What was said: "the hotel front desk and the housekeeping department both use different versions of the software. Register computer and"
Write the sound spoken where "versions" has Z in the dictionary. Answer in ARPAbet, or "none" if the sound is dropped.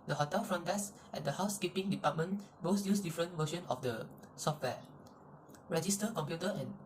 none